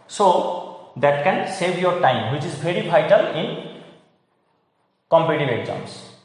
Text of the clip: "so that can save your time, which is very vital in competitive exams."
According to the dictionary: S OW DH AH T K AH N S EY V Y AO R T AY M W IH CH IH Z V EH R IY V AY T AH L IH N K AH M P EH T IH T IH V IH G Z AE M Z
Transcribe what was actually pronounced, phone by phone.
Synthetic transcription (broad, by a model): S OW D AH T K AH N S EY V Y AO R T AY M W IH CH IH Z B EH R IY B AY T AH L IH N K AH M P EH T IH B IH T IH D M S